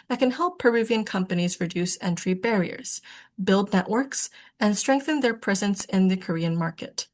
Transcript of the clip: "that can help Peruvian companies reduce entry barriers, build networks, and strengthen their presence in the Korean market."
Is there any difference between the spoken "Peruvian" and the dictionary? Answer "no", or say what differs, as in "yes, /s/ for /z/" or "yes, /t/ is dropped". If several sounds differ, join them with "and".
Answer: no